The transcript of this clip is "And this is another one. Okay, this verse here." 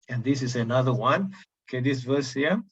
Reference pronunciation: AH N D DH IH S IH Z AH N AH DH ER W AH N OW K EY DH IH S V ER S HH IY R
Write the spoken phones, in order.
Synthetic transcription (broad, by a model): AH N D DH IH S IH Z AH N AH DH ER W AH N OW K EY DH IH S V ER S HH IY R